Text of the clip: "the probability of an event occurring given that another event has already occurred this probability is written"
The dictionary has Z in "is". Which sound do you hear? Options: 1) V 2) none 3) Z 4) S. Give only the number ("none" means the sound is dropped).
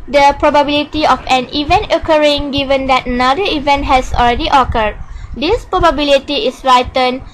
4